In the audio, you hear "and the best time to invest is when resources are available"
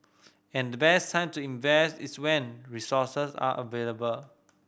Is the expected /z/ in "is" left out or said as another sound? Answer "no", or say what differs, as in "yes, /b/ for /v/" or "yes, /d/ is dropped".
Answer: yes, /s/ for /z/